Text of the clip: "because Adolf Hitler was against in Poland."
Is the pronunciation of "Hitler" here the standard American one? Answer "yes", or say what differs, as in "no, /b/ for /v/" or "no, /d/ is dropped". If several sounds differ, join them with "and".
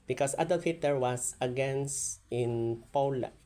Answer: no, /l/ is dropped